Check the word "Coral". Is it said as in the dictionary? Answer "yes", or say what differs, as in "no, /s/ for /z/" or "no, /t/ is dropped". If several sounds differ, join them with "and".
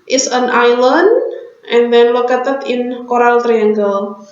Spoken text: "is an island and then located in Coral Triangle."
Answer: yes